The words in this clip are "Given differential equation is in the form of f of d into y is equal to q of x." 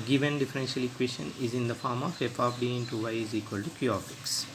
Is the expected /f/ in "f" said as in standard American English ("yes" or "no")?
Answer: no